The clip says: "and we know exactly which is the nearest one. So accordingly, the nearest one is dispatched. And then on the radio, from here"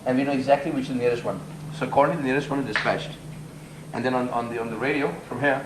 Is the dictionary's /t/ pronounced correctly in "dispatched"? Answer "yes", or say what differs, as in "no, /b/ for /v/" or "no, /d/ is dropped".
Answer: yes